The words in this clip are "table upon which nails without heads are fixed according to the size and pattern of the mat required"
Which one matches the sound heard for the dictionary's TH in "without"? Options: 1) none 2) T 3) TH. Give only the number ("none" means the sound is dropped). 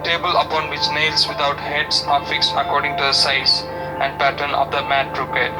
2